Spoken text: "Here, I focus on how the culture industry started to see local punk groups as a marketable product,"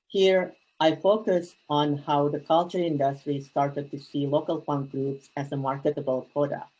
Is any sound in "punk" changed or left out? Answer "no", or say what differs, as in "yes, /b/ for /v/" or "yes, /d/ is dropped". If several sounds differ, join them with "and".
yes, /f/ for /p/